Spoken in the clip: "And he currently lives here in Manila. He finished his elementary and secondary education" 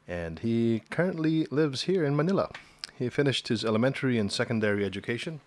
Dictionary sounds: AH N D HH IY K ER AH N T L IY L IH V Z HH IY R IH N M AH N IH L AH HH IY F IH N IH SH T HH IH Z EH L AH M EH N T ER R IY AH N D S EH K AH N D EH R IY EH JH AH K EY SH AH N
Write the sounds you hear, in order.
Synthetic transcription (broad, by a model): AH N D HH IY K ER AH N T L IY L IH V Z HH IY R IH N M AH N IH L AH HH IY F IH N IH SH T HH IH Z EH L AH M EH N T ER R IY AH N S EH K AH N D EH R IY EH JH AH K EY SH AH N